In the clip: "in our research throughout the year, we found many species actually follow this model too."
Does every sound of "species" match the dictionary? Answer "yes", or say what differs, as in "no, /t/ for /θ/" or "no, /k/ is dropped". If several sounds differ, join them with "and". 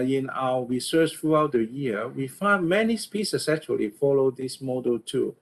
no, /s/ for /ʃ/ and /s/ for /z/